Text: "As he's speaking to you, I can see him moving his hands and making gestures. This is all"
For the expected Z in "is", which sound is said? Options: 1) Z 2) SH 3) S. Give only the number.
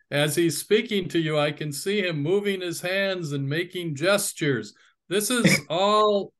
1